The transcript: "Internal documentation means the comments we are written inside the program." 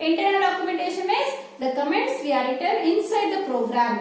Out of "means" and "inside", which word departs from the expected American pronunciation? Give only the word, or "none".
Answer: means